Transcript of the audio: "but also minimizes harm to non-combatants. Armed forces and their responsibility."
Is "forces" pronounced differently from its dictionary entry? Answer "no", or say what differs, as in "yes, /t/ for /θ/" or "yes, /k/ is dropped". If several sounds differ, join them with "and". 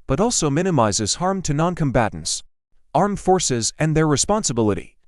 no